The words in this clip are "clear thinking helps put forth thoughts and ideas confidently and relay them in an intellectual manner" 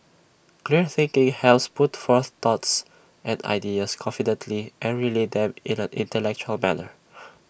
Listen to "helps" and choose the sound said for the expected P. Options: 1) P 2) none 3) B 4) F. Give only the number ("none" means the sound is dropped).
2